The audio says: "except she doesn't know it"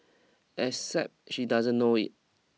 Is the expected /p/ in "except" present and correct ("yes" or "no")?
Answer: yes